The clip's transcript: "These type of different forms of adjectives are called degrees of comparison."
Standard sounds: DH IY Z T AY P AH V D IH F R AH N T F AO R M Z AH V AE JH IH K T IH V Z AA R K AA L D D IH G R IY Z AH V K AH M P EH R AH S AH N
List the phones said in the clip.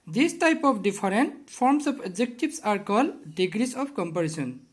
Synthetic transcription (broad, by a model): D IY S T AY P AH P D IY P R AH N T P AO R M S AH P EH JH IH K T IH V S AA R K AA L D D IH G R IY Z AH P K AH M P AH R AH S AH N